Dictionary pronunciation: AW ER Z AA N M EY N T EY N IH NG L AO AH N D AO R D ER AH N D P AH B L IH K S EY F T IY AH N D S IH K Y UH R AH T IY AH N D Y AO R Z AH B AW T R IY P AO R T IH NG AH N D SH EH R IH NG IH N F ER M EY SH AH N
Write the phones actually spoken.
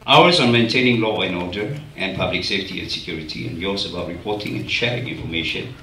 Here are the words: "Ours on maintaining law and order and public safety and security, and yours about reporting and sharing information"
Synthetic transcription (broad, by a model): AW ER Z AA N M EY N T EY N IH NG L AO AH N AO D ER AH N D P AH B L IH K S EY F T IY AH N S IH K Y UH R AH T IY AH N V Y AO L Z AH B AW T R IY P AO T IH NG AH N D SH EH R IH NG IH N F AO M EY SH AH N